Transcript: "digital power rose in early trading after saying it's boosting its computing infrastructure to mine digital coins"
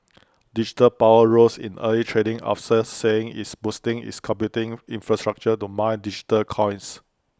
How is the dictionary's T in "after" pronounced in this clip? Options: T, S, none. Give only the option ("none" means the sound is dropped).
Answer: S